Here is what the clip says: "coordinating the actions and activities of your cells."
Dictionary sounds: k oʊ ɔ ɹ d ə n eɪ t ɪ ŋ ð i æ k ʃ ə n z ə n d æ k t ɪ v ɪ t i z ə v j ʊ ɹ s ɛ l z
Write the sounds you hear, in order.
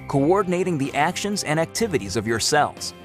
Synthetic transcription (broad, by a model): k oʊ ɔ ɹ d n eɪ t ɪ ŋ ð i æ k ʃ ə n z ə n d æ k t ɪ v ɪ t i z ə v j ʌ ɹ s ɛ l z